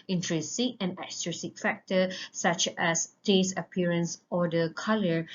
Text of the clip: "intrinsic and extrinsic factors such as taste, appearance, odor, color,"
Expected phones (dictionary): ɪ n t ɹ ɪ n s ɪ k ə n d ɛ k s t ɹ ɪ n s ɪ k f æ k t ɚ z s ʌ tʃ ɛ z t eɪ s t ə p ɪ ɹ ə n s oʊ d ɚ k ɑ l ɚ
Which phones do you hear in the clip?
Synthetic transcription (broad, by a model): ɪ n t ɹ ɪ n s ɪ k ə n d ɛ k s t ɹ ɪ s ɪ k f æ k t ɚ s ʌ tʃ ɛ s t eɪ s ə p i ɹ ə n s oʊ d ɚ k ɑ l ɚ